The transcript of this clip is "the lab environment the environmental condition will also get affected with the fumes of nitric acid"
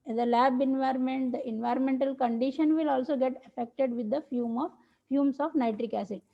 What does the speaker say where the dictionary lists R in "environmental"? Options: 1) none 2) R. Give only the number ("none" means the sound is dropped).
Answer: 2